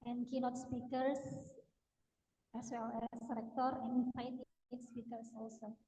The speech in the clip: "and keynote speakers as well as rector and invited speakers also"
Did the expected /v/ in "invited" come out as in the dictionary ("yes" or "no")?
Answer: no